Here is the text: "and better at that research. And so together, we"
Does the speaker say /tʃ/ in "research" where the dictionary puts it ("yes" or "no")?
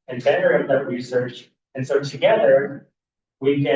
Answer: yes